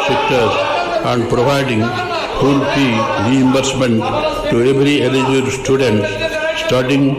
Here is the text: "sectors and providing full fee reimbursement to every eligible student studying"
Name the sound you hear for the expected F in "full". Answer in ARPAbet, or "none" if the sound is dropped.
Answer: P